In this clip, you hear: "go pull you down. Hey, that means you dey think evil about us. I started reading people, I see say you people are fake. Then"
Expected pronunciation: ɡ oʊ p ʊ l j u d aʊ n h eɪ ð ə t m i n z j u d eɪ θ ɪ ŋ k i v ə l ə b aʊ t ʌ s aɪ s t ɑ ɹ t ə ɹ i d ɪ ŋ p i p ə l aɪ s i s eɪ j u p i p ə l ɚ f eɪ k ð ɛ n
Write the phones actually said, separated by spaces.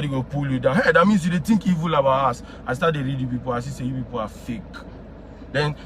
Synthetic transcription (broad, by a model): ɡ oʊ p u l j u d aʊ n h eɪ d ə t m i n s j u d eɪ t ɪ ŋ k i v ə l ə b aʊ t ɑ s aɪ s t ɑ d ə ɹ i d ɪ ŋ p i p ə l aɪ s i s eɪ j u p i p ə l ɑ f eɪ k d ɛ n